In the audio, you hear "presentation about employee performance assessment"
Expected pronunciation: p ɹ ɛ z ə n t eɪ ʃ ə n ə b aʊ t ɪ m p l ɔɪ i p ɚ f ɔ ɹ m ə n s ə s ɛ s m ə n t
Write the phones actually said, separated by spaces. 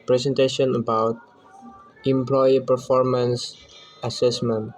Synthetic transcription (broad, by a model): p ɹ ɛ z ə n t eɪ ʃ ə n ə b aʊ t ɪ m p l ɔɪ i p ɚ f ɔ ɹ m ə n s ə s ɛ s m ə n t